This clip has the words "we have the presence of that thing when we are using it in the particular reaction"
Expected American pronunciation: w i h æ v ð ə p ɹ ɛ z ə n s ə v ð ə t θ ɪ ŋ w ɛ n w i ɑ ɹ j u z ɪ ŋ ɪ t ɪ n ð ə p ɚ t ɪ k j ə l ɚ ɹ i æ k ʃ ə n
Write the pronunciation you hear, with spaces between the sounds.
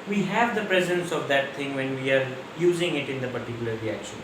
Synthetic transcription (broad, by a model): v i h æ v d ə p ɹ ɛ z ə n s ə v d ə t t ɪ ŋ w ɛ n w i ɑ ɹ j u z ɪ ŋ ɪ t ɪ n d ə p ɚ t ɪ k j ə l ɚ ɹ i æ k ʃ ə n